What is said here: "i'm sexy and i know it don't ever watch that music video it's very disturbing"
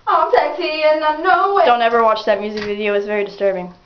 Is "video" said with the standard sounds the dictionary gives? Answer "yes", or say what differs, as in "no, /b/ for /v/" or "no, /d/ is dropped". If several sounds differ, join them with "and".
yes